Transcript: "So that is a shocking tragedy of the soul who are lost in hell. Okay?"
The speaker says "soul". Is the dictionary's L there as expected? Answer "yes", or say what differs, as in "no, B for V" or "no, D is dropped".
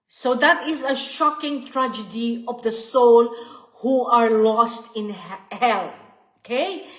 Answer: yes